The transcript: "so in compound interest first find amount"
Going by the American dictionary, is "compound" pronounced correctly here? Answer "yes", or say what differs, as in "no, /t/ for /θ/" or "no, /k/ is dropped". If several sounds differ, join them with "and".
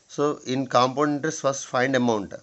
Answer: no, /d/ is dropped